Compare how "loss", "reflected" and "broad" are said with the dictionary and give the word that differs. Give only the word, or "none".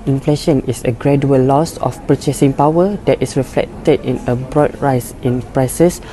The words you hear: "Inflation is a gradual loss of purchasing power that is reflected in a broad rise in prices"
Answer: none